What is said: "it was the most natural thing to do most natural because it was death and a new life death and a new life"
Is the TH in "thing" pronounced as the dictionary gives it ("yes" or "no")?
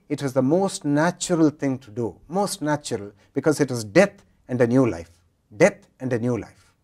no